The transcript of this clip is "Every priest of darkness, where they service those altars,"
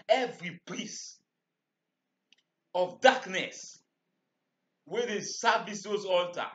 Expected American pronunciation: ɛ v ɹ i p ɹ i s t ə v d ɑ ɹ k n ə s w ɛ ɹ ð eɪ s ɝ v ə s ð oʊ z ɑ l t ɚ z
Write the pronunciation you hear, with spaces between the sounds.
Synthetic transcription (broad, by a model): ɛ v ɹ i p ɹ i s ə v d ɑ k n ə s w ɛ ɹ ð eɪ s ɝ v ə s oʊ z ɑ l t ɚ